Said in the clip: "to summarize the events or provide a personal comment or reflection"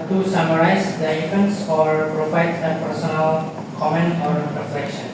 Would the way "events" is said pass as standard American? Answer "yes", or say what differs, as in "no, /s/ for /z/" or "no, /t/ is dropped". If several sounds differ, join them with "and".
no, /f/ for /v/